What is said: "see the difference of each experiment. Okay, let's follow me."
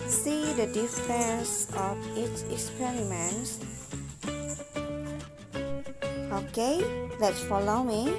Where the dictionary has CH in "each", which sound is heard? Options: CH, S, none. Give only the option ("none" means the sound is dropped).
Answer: S